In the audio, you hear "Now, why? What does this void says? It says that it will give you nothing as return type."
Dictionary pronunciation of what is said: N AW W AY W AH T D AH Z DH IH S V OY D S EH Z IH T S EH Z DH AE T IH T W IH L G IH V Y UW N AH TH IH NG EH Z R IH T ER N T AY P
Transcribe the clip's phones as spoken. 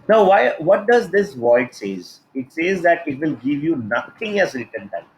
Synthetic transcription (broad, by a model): N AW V AY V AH T D AH Z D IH S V OY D S EH Z IH T S EH Z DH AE T IH T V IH L G IH V Y UW N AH T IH NG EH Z R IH T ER N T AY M